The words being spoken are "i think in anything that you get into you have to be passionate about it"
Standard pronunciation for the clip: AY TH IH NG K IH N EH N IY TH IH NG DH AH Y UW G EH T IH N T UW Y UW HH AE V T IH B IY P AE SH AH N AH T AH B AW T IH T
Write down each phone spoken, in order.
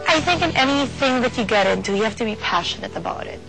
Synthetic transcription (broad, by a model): AY TH IH NG K IH N EH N IY TH IH NG DH AH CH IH G EH T IH N T UW Y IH HH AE F T IH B IY P AE SH AH N AH T AH B AW T IH T